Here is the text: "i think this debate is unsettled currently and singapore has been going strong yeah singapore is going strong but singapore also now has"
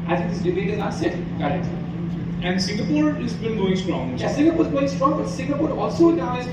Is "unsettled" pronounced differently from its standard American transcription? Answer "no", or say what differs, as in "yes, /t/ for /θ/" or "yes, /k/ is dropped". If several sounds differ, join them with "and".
yes, /n/ is dropped